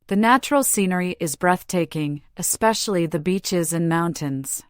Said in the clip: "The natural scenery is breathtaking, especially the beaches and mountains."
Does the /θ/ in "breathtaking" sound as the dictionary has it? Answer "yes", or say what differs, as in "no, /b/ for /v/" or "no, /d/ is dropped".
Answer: yes